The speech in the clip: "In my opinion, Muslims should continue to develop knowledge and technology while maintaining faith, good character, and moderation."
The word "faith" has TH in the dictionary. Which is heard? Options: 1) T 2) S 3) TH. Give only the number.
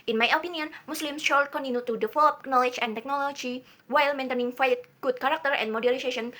1